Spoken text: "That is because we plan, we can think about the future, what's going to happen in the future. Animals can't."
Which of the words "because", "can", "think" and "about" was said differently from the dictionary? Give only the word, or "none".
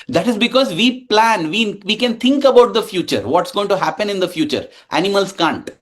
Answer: think